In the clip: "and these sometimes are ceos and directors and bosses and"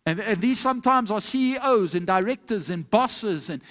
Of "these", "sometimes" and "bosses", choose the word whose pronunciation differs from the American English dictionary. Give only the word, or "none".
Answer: none